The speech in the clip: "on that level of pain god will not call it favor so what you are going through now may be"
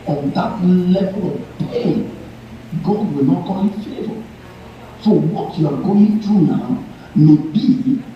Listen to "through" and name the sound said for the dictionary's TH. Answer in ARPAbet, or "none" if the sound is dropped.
T